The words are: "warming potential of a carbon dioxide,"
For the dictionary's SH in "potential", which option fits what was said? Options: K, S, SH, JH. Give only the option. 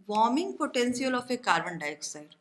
S